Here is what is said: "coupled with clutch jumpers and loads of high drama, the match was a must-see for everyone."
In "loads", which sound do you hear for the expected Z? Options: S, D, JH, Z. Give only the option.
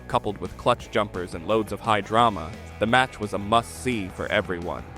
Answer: Z